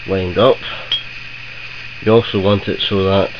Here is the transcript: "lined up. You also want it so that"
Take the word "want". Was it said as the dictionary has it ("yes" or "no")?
yes